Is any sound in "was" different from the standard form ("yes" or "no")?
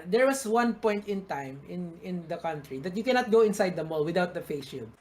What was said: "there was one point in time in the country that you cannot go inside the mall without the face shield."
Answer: yes